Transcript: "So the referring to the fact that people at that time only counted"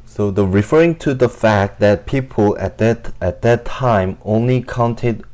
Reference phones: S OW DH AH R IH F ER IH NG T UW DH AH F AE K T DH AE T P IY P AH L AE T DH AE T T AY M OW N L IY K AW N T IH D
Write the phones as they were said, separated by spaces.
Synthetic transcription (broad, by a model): S OW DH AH R IH F ER IH NG T UW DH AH F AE K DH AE T P IY P AH L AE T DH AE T T AY M OW N L IY K AW N T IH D